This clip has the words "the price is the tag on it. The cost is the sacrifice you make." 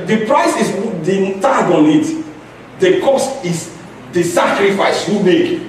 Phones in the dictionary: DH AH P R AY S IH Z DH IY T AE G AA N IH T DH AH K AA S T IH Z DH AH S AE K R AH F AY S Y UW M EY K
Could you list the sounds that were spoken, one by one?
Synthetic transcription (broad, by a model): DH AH P R AY S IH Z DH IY T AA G AA N IH T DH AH K AA S T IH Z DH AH S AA K R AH F AY S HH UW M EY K